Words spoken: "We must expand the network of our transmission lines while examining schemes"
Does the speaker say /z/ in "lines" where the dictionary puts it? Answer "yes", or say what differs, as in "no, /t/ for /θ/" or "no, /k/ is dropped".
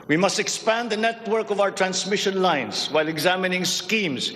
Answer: no, /s/ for /z/